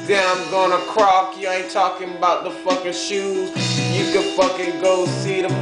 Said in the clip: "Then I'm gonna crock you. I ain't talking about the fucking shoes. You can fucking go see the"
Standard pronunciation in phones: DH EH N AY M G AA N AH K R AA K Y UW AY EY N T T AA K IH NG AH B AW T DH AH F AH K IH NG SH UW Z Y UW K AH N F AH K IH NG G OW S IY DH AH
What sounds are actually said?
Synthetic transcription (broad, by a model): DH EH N AY M G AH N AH K R AA K Y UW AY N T T AA K IH NG AH B AW T DH AH F AH K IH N SH UW Z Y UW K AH F AH K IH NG G OW S IY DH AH